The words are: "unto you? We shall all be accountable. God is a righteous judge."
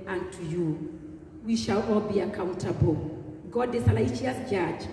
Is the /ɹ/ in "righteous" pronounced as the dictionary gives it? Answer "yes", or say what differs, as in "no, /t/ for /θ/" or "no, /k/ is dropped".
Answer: no, /l/ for /ɹ/